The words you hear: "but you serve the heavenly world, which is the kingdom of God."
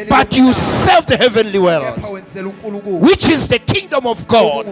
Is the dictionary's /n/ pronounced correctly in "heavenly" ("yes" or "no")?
yes